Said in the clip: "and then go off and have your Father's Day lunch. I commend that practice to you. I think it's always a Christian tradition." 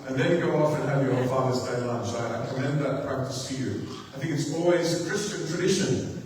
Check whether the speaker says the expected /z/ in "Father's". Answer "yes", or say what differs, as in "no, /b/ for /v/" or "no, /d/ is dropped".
yes